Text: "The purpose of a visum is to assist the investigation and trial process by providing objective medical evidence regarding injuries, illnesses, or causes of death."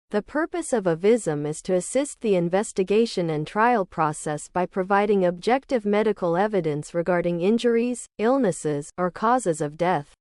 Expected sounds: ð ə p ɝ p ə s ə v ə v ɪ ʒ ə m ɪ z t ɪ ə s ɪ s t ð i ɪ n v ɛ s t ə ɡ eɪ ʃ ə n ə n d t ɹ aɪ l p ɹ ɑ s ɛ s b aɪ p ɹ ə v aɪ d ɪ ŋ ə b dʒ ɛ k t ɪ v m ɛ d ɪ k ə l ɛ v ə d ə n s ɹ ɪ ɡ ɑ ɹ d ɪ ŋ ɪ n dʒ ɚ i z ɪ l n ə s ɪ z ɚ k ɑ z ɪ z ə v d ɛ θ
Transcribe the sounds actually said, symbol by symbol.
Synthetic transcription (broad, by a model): ð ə p ɝ p ə s ə v ə v ɪ z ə m ɪ z t ɪ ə s ɪ s t ð i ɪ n v ɛ s t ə ɡ eɪ ʃ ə n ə n t ɹ aɪ l p ɹ ɑ s ɛ s b aɪ p ɹ ə v aɪ d ɪ ŋ ə b dʒ ɛ k t ɪ v m ɛ d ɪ k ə l ɛ v ə d ə n s ɹ ɪ ɡ ɑ ɹ d ɪ ŋ ɪ n dʒ ɚ i z ɪ l n ə s ɪ z ɚ k ɑ z ɪ z ə v d ɛ θ